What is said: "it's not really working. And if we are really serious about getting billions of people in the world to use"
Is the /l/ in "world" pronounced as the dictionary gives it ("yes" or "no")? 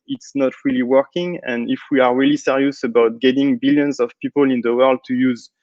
yes